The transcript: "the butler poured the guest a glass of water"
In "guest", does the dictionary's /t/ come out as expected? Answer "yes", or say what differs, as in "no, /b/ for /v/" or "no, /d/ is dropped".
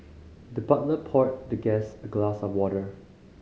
no, /t/ is dropped